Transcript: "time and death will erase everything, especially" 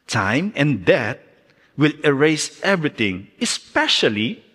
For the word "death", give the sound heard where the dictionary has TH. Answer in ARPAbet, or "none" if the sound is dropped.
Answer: T